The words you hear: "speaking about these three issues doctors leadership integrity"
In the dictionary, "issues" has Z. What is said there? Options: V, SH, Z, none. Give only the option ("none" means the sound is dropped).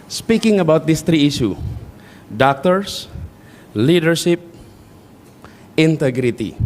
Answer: none